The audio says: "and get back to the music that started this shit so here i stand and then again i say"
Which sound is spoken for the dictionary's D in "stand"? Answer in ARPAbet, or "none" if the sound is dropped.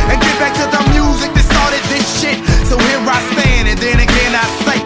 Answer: none